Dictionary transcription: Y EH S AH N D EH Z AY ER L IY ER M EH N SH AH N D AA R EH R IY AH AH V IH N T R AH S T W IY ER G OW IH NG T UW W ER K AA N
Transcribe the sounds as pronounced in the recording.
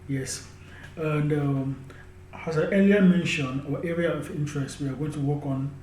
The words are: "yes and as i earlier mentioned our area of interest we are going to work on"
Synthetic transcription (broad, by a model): Y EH S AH N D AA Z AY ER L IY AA M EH N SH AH N AA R EH R IY AH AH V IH N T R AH S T W IY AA G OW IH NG T UW W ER K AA N